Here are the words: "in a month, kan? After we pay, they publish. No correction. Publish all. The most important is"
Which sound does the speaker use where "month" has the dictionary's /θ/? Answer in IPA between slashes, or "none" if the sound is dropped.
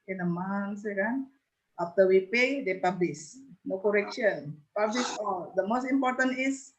/s/